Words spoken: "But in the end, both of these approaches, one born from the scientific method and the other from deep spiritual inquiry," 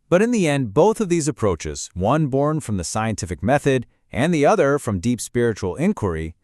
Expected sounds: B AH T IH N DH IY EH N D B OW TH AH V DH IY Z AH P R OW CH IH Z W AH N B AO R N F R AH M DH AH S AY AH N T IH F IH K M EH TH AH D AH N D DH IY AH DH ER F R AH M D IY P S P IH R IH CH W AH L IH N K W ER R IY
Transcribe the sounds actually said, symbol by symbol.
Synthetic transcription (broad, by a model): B AH T IH N DH IY EH N D B OW TH AH V DH IY Z AH P R OW CH IH Z W AH N B AO R N F R AH M DH AH S AY AH N T IH F IH K M EH TH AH D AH N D DH IY AH DH ER F R AH M D IY P S P IH R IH CH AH L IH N K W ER R IY